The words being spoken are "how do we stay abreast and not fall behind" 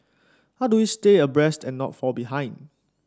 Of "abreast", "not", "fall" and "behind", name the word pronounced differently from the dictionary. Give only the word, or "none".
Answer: none